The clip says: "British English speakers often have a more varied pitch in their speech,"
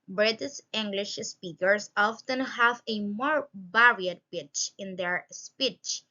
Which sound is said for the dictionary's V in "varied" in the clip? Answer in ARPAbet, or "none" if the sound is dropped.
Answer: B